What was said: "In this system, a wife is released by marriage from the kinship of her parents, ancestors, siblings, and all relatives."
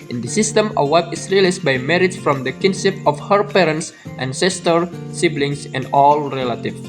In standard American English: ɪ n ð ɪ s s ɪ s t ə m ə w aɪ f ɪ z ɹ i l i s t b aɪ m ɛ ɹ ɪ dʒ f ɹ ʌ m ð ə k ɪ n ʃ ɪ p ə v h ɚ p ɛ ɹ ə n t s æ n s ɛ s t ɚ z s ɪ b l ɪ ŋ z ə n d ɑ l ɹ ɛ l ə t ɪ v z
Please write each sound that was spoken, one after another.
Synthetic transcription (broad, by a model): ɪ n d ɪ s s ɪ s t ə m ə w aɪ p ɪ s ɹ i l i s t b aɪ m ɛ ɹ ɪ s f ɹ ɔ m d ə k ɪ n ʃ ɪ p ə f h ɚ p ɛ ɹ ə n t s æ n s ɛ s t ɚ s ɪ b l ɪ ŋ s ə n d ɑ l ɹ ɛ l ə t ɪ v